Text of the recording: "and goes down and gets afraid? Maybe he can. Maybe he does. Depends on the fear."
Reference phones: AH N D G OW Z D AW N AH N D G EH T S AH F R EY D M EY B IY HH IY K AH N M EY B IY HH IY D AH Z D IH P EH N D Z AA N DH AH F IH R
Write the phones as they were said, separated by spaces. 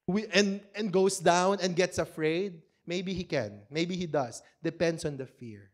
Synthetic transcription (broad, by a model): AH N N G OW S D AW N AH N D G EH T S AH F R EY D M EY B IY HH IY K AH N M EY B IY HH IY D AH S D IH P EH N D S AA N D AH F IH R